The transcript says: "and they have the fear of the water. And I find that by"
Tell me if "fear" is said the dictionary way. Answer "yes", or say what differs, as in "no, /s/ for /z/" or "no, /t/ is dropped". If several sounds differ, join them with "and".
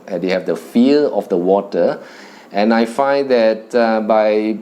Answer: no, /l/ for /ɹ/